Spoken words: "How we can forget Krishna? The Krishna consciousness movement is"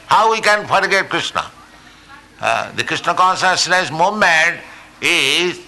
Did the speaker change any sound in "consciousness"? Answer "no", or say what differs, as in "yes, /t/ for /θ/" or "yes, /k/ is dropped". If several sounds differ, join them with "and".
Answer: yes, /s/ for /ʃ/